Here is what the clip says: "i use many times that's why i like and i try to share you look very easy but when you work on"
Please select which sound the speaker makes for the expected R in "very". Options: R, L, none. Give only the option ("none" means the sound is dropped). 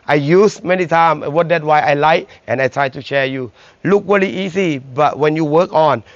L